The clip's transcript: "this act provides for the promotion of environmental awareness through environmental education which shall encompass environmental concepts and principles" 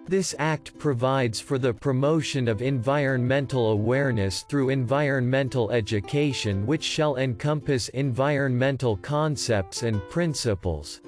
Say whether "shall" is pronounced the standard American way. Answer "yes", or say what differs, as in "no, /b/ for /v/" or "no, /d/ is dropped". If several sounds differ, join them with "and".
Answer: yes